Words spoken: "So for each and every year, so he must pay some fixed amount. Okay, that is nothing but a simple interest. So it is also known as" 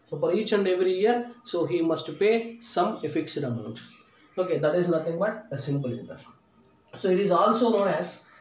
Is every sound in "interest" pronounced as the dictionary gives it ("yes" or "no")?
no